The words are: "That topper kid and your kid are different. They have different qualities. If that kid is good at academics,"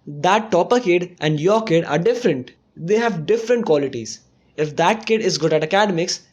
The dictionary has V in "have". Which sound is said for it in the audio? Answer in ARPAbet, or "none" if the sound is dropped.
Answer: V